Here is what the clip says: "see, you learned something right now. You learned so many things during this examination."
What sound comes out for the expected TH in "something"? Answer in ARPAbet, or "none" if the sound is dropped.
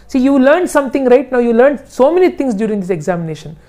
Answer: T